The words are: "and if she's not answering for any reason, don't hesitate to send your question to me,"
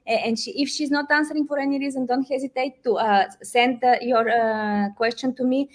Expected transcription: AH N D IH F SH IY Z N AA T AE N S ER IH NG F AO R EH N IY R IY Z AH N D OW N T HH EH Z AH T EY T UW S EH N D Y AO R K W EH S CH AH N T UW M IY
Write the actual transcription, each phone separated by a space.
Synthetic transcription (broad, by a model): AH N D IH F SH IY Z N AA T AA N S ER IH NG F AO R EH N IY R IY Z AH N D OW N T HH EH Z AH T EY T UW S EH N D Y AO R K W EH S CH AH N T UW M IY